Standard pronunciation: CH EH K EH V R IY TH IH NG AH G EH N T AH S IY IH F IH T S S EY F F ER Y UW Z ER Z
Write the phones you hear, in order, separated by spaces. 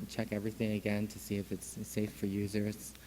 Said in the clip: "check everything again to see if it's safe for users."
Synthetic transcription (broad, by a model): CH EH K EH V R IY TH IH NG AH G EH N T AH S IY IH F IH T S S EY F F ER Y UW Z ER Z